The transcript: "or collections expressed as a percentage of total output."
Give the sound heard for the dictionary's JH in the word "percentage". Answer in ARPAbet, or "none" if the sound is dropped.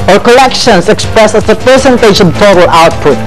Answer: SH